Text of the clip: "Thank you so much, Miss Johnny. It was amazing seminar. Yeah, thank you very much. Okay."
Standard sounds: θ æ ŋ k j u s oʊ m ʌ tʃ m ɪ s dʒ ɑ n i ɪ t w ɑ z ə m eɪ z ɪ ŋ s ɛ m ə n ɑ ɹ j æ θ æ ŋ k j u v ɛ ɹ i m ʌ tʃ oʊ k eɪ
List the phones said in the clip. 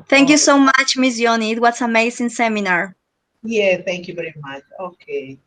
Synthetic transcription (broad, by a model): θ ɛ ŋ k j u s oʊ m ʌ tʃ m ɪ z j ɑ n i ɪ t w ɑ s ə m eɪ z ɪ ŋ s ɛ m ə n ɑ ɹ j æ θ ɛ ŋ k j u v ɛ ɹ i m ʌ tʃ oʊ k eɪ